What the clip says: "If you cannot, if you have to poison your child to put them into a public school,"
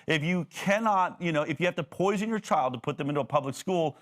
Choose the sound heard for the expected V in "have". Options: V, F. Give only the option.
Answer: F